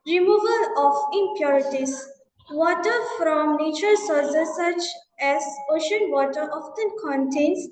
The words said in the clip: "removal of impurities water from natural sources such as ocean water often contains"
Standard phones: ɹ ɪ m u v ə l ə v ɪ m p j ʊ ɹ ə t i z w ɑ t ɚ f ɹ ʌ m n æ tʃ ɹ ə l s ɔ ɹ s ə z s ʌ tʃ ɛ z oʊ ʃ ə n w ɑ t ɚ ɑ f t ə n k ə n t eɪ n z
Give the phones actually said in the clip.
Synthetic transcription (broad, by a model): ɹ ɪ m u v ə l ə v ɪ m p j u ɹ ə t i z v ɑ t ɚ f ɹ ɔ m n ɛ tʃ ə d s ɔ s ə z s ʌ tʃ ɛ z oʊ ʃ ə n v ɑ t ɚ ɑ f t ə n k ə n t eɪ n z